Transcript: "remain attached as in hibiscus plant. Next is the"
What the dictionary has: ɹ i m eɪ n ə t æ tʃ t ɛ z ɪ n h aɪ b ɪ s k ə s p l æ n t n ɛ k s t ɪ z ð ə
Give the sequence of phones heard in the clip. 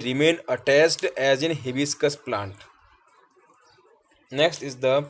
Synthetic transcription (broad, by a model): ɹ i m eɪ n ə t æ s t ɛ z ɪ n h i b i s k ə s p l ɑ n t n ɛ k s t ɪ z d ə